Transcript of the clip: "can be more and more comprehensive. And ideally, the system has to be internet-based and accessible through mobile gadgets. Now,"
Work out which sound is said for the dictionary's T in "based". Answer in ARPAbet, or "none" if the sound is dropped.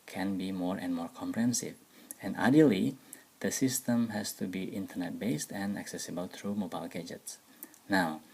T